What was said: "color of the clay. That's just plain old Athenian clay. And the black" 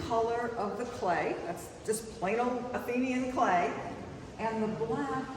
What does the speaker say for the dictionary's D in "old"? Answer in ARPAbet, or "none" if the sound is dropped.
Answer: none